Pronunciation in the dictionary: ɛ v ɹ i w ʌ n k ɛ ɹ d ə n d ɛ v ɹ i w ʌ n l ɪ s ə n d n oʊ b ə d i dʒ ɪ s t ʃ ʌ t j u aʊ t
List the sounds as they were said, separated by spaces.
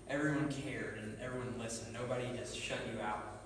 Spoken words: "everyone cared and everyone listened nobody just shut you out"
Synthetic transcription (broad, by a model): ɛ v ɹ i w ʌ n k ɛ ɹ d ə n ɛ v ɹ i w ʌ n l ɪ s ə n n oʊ b ə d i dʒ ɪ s ʃ ʌ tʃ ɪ aʊ t